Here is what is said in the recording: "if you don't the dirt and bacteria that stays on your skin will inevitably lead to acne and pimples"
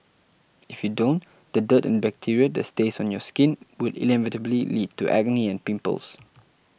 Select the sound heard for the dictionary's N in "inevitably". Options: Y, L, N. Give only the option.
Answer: L